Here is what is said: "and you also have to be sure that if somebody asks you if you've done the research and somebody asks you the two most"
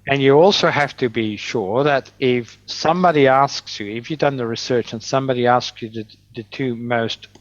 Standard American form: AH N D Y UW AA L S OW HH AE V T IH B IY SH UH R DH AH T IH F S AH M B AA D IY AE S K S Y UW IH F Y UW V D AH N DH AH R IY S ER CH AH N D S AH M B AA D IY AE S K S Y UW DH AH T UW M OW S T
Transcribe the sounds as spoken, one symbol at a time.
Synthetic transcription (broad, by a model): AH N Y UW AA L S OW HH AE F T IH B IY SH UH R DH AH T IH F S AH M B AA D IY AE S K S Y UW IH F Y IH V D AH N DH AH R IY S ER CH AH N S AH M B AA D IY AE S K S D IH DH AH T UW M OW S T